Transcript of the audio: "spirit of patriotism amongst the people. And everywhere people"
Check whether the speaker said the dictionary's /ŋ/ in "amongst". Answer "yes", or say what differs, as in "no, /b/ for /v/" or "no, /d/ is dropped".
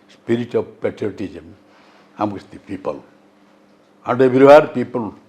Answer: no, /ŋ/ is dropped